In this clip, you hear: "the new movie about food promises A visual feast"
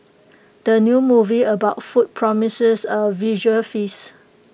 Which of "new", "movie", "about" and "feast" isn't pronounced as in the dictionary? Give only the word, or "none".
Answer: feast